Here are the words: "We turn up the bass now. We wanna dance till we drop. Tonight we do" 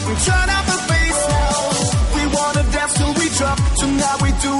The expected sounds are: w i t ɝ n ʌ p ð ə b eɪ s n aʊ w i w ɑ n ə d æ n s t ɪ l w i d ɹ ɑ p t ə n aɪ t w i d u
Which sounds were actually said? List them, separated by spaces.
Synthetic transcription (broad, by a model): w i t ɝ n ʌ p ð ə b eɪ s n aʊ w i w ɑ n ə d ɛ s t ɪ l w i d ɹ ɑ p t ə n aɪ w i d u